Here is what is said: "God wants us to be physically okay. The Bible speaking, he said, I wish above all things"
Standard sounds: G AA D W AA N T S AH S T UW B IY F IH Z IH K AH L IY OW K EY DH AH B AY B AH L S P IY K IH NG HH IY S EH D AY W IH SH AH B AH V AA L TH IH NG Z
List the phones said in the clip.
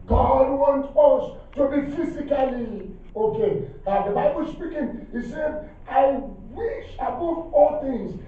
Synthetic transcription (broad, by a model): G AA D W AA N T AH S T UW B IY F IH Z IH K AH L IY OW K EY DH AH B AY B AH L S P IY K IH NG HH IY S EH D AY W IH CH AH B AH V AA L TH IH NG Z